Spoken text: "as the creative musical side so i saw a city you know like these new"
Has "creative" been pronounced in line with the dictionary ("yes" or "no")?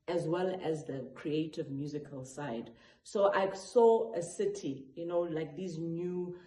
yes